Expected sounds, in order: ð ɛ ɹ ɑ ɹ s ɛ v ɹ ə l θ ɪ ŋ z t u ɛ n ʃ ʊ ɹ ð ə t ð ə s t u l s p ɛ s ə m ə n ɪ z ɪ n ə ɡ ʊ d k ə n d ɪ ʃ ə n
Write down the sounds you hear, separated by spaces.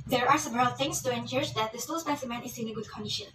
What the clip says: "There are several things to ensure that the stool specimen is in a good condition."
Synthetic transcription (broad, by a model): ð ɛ ɹ ɑ ɹ s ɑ b ɹ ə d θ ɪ ŋ s t u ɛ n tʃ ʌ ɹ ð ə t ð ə s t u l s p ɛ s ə m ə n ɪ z ɪ n ə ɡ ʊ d k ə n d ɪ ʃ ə n